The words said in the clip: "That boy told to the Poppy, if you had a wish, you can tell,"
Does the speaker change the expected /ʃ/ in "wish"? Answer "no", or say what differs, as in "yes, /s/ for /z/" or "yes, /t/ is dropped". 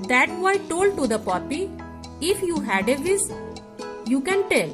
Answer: yes, /s/ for /ʃ/